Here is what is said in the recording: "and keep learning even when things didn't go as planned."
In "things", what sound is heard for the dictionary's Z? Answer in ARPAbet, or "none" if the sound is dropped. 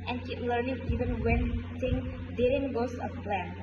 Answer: none